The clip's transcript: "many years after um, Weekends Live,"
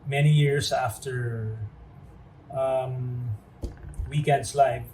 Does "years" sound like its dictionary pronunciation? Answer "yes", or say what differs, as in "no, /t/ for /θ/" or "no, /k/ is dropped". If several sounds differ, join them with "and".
no, /s/ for /z/